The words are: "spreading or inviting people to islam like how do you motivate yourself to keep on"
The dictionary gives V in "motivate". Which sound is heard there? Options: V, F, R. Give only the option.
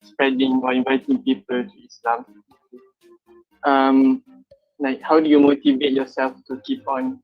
V